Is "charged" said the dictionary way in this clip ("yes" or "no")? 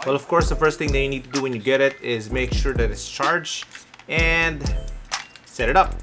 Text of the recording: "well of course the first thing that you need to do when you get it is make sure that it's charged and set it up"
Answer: no